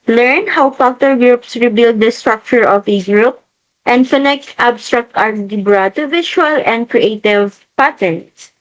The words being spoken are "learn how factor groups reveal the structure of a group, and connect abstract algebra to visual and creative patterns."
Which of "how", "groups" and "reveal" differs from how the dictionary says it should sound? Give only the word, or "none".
reveal